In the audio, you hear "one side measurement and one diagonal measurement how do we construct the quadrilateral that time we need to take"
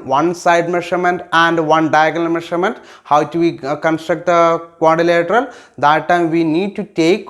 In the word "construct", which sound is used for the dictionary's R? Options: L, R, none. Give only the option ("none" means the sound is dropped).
R